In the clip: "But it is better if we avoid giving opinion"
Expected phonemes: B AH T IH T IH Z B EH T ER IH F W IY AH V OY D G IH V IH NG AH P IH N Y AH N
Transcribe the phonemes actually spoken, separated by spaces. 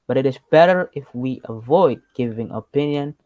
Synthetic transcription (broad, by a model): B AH T IH T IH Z B EH T ER IH F W IY AH V OY D G IH V IH NG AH P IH N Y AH N